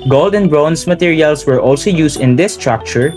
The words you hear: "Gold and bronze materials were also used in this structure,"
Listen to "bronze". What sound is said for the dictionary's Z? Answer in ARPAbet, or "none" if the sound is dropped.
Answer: S